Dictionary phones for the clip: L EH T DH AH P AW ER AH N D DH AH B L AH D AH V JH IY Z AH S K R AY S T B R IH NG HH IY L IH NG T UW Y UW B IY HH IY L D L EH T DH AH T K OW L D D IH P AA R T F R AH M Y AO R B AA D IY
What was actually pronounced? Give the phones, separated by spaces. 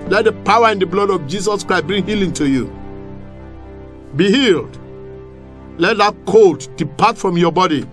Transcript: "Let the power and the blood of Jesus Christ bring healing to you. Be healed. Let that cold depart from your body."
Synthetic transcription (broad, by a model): L EH T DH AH P AW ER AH N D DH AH B L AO D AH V JH IY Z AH S K R AY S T B R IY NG HH IY L IH NG T UW Y UW B IY HH IY L D L EH T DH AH T K OW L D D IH P AA T F R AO M Y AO B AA D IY